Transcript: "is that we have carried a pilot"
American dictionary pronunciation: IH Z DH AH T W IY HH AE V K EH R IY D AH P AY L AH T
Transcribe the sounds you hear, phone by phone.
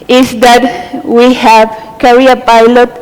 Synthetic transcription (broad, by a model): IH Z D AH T W IY HH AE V K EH R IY AH P AY L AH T